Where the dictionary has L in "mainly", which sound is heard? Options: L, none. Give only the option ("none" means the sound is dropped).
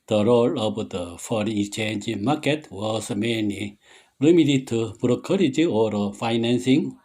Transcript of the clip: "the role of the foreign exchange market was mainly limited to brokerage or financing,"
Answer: none